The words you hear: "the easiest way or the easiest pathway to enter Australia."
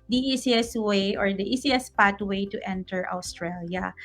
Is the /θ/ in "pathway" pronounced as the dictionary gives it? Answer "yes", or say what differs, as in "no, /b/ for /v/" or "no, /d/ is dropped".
no, /t/ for /θ/